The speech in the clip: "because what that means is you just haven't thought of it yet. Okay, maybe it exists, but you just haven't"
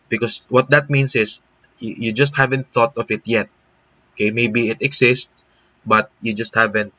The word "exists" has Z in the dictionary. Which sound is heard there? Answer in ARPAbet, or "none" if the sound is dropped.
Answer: S